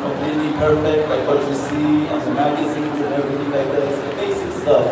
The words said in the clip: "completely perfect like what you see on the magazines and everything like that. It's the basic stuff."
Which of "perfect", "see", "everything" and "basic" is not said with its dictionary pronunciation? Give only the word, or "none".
everything